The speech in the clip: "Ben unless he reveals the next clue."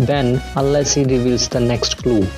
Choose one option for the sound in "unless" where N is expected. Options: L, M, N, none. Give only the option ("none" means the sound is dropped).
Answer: none